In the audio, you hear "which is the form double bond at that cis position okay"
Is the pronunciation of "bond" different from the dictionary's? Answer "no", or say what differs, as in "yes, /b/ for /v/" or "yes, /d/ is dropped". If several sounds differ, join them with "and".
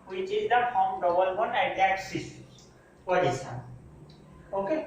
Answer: yes, /d/ is dropped